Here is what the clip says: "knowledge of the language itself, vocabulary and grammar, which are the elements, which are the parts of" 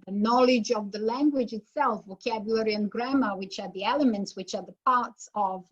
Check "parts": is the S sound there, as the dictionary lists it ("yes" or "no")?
yes